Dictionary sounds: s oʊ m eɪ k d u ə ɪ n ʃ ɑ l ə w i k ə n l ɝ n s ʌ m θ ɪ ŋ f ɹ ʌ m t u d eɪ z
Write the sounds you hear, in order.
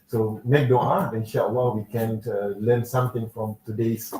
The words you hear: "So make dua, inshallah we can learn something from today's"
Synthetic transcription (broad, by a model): s oʊ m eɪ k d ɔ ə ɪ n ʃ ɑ w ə w i k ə n l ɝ n s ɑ m t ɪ ŋ f ɹ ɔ m t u d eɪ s